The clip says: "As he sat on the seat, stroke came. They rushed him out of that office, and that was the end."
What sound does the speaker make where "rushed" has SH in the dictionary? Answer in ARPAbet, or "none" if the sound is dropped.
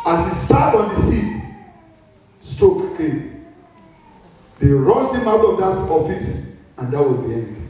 S